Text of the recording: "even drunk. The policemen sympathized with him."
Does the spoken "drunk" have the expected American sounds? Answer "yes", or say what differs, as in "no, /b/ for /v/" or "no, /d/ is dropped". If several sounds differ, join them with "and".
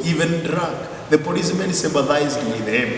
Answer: no, /ŋ/ is dropped